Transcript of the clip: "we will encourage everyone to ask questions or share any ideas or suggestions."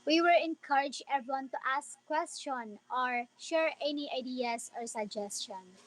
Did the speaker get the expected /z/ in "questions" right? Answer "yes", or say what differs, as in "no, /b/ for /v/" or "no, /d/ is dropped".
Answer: no, /z/ is dropped